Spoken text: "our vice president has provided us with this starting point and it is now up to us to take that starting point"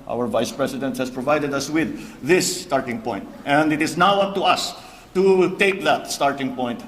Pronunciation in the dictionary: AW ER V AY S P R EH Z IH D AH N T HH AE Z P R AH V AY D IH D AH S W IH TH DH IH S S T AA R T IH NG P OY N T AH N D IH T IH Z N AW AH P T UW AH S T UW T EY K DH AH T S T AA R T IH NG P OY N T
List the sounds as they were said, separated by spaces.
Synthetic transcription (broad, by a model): AW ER V AY S P R EH S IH D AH N T HH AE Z P R AH V AY D IH D AH S W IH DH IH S S T AA R T IH NG P OY N T AH N D IH T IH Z N AW AH P T UW AH S T UW T EY K DH AH T S T AA R T IH NG P OY N T